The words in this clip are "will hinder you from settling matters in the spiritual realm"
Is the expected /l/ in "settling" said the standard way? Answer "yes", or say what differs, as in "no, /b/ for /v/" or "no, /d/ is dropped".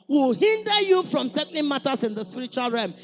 no, /n/ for /l/